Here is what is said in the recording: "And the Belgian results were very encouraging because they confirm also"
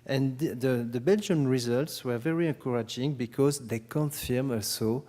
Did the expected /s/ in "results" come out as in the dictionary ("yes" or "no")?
yes